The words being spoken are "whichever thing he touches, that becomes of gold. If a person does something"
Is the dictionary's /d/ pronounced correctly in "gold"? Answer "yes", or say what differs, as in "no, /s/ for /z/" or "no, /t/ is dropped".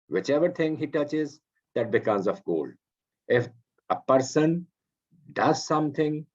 no, /d/ is dropped